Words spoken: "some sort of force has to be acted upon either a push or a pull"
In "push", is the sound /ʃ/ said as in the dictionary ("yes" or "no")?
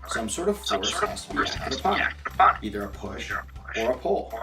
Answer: yes